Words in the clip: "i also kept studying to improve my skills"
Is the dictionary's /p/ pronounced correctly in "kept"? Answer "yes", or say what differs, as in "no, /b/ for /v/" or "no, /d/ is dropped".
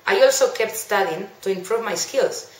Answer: yes